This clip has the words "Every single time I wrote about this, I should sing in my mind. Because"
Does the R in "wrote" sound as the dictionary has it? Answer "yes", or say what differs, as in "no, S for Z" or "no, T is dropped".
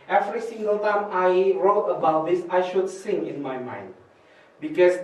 yes